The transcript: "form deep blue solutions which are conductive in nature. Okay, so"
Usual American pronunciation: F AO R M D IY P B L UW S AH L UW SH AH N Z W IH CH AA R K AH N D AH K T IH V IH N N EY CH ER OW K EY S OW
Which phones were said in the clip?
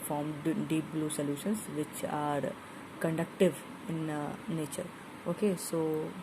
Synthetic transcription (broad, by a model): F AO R M D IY B L UW S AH L UW SH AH N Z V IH CH AA R K AH N D AH K T IH V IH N N EY CH ER OW K EY S OW